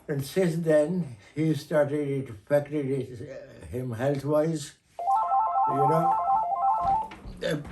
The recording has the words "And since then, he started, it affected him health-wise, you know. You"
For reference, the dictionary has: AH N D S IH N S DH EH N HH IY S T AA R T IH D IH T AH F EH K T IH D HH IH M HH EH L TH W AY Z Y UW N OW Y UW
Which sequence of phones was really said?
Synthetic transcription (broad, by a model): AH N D S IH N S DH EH N HH IY S T AA R T IH D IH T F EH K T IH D HH IH M HH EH L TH W AY Z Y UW N OW